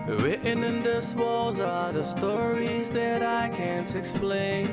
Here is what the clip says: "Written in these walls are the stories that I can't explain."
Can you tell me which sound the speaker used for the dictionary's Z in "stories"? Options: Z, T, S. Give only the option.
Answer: Z